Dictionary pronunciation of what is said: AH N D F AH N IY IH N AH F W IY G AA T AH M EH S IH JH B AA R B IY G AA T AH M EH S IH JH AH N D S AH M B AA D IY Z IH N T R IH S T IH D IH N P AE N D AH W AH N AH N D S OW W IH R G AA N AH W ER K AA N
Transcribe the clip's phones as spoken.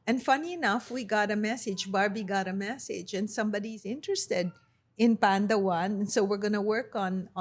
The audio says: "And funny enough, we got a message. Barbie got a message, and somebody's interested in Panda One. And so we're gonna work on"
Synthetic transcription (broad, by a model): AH N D F AH N IY IH N AH F W IY G AA T AH M EH S IH JH B AA R B IY G AA T AH M EH S IH JH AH N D S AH M B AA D IY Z IH N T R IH S T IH D IH N P AE N D AH W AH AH N S OW W IH R G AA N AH W ER K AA N